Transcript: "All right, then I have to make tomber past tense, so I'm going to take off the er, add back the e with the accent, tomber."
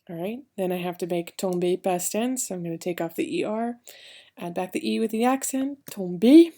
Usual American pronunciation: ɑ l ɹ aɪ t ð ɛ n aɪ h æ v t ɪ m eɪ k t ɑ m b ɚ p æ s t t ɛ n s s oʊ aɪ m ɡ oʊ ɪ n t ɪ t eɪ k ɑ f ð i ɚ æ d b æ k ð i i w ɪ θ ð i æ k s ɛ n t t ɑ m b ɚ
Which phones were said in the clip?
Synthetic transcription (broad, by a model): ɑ ɹ aɪ t ð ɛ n aɪ h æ f t ɪ m eɪ k t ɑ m b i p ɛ s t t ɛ n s s oʊ aɪ m ɡ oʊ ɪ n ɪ t eɪ k ɑ f ð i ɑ æ d b æ k ð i i w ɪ ð i æ k s ɛ n t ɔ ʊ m b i